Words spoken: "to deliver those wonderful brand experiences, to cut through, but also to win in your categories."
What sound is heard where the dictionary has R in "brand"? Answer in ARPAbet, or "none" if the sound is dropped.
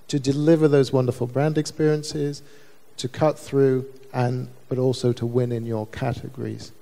R